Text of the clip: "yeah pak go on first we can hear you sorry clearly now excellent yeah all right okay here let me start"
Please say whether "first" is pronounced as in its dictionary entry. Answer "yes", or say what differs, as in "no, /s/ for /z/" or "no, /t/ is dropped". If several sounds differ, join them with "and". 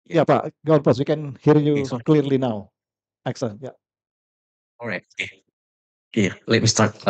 no, /p/ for /f/